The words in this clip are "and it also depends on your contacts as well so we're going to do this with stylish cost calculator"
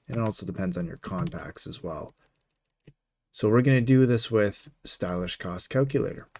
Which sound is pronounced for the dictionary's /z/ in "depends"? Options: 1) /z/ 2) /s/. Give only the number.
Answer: 1